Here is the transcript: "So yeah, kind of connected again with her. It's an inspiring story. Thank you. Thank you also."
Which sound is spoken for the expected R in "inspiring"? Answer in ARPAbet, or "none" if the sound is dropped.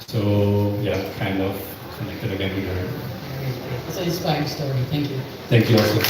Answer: none